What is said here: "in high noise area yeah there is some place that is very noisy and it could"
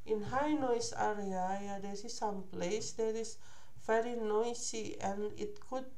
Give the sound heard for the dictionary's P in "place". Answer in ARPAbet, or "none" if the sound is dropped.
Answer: P